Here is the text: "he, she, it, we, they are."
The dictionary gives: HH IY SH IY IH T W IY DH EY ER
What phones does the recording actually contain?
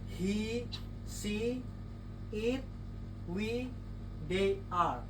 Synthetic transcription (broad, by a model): HH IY S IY IH T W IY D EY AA